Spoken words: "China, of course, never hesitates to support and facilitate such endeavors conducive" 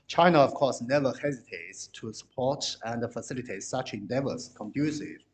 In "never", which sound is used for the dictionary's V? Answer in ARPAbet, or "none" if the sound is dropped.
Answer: V